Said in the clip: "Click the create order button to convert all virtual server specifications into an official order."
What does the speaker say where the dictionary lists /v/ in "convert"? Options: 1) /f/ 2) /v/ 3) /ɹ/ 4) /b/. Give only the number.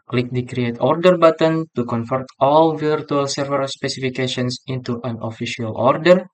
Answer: 1